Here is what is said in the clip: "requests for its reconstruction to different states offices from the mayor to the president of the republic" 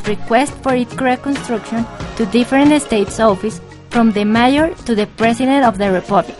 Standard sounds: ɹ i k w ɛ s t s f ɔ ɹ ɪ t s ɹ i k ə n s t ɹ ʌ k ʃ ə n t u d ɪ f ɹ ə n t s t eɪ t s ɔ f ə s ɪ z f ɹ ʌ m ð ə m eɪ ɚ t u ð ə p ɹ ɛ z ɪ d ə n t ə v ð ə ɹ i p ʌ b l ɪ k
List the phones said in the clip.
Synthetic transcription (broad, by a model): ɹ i k w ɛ s t f ɔ ɹ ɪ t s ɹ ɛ k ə n s t ɹ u k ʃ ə n t u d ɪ f ɹ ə n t s t eɪ t s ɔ f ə s f ɹ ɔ m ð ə m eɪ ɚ t u ð ə p ɹ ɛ s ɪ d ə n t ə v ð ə ɹ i p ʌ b l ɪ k